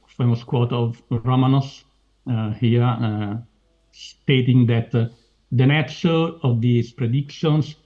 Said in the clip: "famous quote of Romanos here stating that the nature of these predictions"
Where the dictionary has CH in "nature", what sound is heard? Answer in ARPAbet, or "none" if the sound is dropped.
S